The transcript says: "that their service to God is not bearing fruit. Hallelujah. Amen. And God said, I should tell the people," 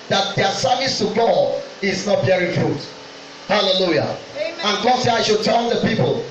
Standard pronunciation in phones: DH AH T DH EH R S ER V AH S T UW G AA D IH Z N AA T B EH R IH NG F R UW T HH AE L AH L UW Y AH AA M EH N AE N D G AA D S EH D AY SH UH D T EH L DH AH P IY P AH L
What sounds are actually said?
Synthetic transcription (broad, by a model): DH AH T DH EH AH S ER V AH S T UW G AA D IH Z N AA T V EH R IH F R UW T HH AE L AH L UW Y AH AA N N G AA D S EH D AY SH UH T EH N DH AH P IY P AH L